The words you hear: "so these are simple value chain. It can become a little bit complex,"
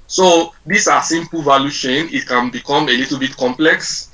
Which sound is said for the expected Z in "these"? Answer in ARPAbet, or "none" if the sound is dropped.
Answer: S